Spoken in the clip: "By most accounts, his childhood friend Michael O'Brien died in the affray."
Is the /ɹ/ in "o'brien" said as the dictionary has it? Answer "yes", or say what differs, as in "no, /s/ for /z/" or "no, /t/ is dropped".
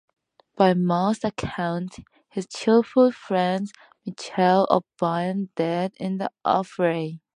no, /ɹ/ is dropped